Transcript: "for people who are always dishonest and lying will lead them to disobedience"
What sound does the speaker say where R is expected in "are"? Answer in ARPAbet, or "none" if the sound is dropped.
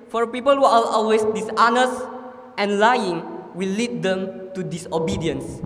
L